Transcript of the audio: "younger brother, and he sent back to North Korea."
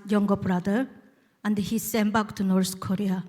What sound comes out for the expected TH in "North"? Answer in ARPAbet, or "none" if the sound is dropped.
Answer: T